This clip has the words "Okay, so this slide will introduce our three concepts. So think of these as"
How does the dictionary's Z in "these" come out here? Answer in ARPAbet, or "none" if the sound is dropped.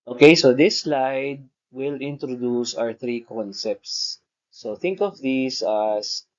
S